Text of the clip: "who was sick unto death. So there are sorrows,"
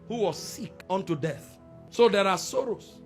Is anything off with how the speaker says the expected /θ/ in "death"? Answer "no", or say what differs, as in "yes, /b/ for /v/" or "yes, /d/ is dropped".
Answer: no